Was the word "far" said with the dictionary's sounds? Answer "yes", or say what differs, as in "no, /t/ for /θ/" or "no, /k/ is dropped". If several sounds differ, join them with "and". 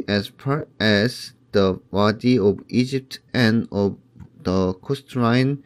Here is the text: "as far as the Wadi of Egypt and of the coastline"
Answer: no, /p/ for /f/